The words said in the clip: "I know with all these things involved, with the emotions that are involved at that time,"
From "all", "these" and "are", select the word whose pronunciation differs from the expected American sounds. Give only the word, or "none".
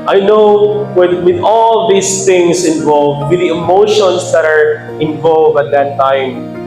these